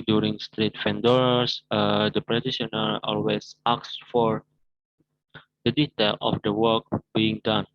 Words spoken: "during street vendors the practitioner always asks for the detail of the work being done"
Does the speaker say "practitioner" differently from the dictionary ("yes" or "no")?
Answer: yes